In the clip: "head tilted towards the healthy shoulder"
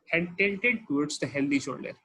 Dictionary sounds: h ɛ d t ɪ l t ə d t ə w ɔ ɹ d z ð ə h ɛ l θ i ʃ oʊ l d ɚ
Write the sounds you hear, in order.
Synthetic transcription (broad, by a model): h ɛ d t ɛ n t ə d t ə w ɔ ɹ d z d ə h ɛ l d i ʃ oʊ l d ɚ